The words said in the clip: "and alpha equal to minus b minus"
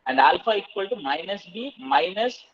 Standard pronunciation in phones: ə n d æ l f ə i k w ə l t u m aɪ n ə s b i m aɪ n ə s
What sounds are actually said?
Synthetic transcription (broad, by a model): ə n d æ l f ə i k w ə l t u m aɪ n ə s b i m aɪ n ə s